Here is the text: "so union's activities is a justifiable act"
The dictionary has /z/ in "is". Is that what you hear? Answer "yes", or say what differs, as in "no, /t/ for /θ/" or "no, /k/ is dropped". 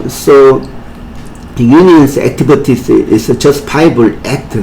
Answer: no, /s/ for /z/